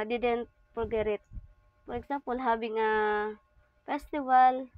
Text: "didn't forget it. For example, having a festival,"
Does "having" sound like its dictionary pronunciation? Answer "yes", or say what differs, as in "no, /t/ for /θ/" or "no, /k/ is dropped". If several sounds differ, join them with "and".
no, /b/ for /v/